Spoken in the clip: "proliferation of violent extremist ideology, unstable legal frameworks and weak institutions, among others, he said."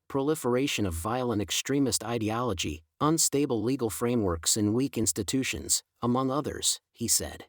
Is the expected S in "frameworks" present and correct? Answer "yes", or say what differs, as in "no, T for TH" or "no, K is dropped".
yes